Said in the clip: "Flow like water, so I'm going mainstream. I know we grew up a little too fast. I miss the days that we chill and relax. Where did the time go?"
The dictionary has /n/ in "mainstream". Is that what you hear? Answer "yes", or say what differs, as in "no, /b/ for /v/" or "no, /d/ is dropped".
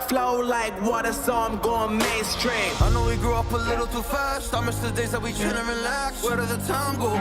no, /n/ is dropped